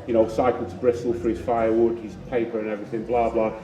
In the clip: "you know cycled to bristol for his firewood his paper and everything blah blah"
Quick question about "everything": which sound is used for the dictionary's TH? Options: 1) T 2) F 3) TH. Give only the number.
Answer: 3